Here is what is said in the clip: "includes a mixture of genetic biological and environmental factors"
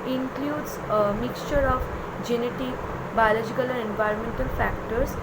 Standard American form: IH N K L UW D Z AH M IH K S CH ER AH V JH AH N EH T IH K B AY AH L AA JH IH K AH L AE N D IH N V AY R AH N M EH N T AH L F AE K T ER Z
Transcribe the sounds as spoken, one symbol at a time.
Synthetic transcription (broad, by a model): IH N K L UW D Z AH M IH K S CH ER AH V JH AH N EH T IH K B AY AH L AA JH IH K AH L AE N IH N V AY R AH N M EH N T AH L F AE K T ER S